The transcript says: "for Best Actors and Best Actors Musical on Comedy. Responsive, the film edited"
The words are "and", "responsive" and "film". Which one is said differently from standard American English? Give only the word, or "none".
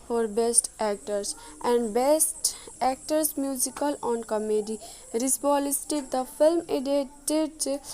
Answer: responsive